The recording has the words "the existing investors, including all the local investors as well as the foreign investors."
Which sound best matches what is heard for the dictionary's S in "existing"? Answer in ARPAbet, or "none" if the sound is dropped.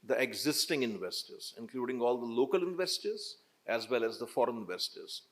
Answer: S